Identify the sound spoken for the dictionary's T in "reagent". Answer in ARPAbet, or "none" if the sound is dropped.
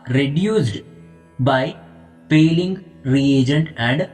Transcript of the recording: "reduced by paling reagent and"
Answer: none